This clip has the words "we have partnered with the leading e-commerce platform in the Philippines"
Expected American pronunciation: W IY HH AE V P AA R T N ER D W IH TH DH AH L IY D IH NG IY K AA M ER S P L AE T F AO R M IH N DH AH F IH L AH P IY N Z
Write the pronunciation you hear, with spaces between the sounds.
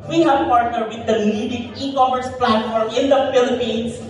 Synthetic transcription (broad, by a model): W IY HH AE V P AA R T N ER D W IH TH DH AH N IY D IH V IY K AA M ER S P L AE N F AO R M IH N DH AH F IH L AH P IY N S